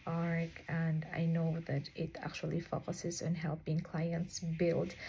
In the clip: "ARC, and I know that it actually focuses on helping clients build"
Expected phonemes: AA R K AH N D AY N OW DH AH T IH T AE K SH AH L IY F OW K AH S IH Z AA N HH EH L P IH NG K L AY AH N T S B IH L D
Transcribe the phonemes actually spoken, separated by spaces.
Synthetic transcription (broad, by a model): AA R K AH N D AY N OW DH AH T IH T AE K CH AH L IY F OW K AH S IH Z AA N HH EH L P IH NG K L AY AH N T S B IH L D